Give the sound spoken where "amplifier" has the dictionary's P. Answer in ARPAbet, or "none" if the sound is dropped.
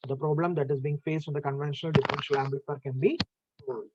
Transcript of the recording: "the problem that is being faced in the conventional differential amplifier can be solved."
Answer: B